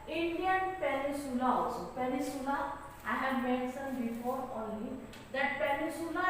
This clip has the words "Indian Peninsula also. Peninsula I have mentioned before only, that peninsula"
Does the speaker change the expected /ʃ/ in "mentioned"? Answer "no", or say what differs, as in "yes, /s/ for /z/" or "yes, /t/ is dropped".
yes, /s/ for /ʃ/